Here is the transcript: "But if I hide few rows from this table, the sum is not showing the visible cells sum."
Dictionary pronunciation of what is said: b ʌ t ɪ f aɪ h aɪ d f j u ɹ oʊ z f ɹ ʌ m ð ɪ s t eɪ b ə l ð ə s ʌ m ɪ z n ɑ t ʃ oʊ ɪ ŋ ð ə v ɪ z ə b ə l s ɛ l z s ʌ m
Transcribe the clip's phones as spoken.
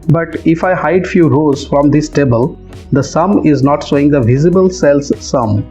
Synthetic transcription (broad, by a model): b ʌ t ɪ f aɪ h aɪ d f j u ɹ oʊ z f ɹ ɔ m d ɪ s t eɪ b ə l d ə s ʌ m ɪ z n ɑ t s oʊ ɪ ŋ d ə v ɪ z ə b ə l s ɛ l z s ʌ m